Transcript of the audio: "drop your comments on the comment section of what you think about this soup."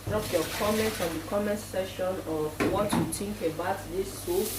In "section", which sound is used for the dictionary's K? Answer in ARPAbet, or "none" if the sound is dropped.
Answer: none